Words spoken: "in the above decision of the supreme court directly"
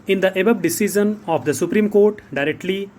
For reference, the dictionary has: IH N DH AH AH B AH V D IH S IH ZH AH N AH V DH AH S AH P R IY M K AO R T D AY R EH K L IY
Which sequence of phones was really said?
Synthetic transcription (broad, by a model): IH N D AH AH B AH B D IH S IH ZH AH N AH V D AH S AH P R IY M K AO R T D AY R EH K L IY